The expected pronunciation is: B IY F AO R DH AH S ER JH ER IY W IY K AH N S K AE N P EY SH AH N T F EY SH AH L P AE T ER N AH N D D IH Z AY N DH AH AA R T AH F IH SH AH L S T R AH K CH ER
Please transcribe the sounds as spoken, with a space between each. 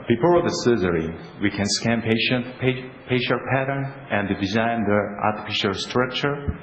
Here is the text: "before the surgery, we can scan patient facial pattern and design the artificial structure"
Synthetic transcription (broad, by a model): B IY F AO R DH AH S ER Z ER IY W IY K AH N S K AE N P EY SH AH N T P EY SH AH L P AE T ER N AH N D D IH Z AY N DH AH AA R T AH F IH SH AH L S T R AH K CH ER